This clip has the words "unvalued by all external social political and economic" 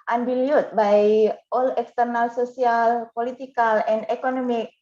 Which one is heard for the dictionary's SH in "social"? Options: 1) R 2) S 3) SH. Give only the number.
2